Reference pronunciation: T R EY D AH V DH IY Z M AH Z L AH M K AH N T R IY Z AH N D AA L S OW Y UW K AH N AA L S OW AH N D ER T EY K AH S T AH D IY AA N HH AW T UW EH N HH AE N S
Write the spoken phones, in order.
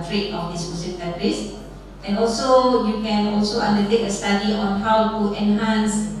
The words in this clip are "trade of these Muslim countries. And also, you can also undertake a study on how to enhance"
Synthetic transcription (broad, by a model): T R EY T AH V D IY S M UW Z AH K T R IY S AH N AA L S OW Y UW K AH N AA L S OW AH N D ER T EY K AH S T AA D IY AA N HH AW T UW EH N HH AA N S